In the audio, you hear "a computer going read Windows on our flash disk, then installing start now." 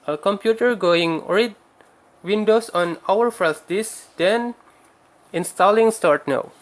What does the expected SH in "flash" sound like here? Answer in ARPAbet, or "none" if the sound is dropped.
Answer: S